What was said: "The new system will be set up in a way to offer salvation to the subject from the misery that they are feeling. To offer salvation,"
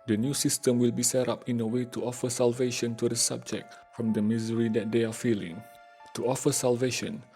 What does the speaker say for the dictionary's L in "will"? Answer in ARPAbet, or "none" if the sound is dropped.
L